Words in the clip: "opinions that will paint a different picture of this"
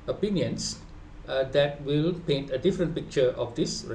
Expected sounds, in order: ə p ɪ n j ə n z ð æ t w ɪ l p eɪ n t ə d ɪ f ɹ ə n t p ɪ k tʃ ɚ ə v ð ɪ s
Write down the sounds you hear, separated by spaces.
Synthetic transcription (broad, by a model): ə p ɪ n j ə n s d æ t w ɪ l p eɪ n t ə d ɪ f ɹ ə n t p ɪ k tʃ ɚ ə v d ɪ s